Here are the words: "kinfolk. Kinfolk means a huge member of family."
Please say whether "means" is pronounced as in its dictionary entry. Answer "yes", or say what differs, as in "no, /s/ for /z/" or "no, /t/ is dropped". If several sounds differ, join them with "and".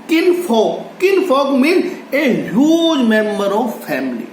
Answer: no, /z/ is dropped